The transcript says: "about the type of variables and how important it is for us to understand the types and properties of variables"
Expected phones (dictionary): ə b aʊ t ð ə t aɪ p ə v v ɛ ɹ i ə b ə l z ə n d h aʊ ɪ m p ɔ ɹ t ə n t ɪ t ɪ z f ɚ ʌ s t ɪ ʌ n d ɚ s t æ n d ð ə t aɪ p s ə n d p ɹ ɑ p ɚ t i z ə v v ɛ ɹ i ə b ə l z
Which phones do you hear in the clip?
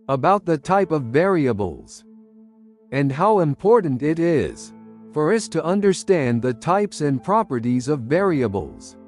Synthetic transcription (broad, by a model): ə b aʊ t ð ə t aɪ p ə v v ɛ ɹ i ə b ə l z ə n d h aʊ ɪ m p ɔ ɹ t n t ɪ t ɪ z f ɚ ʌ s t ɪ ʌ n d ɚ s t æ n ð ə t aɪ p s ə n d p ɹ ɑ p ɚ t i z ə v v ɛ ɹ i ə b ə l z